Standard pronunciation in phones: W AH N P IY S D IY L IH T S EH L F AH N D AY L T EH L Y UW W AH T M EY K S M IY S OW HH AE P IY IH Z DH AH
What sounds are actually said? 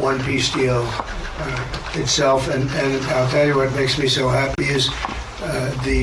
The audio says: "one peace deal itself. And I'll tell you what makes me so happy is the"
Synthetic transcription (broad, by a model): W AH N P IY S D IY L IH T S EH L F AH N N AY L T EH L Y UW W AH T M EY K S M IY S OW HH AE P IY IH Z DH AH